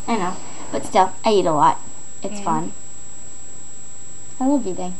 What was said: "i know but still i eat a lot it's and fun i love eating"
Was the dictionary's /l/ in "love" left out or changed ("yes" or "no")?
yes